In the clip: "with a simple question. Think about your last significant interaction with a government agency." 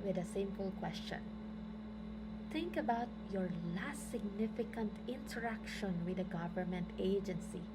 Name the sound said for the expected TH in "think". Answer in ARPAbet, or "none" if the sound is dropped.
T